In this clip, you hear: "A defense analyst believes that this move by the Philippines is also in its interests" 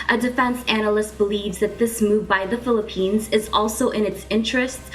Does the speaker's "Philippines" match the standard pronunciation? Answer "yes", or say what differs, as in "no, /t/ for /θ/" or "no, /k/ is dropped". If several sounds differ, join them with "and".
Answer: yes